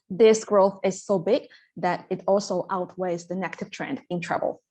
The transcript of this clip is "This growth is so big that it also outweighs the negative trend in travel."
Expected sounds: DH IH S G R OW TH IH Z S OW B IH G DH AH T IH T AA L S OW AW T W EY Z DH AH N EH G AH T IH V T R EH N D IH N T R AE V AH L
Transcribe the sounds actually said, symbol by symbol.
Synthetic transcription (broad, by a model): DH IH S G R OW TH IH Z S OW B IH G DH AH T IH T AA L S OW AW T W EY Z DH AH N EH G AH T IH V T R EH N D IH N T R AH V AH L